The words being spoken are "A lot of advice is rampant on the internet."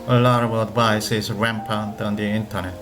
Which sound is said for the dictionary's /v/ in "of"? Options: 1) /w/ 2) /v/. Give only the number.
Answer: 1